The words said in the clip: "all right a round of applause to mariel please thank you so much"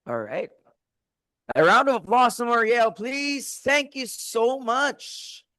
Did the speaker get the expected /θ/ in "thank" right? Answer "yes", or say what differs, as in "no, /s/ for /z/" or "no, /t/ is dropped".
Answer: yes